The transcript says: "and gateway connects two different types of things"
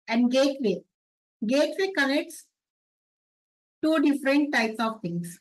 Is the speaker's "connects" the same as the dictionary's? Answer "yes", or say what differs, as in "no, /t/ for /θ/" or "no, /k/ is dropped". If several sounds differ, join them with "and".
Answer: yes